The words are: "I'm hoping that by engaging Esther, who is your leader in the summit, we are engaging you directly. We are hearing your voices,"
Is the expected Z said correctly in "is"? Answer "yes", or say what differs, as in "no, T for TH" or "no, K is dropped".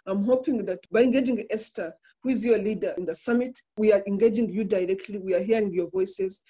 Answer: yes